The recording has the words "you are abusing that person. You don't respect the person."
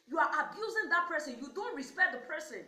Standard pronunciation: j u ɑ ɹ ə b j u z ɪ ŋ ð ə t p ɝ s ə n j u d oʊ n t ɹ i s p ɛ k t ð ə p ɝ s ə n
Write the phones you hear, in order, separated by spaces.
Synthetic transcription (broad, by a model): j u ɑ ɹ ə b j u z ɪ ŋ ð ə t p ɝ s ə n j u d oʊ n t ɹ i s p ɛ k t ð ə p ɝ s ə n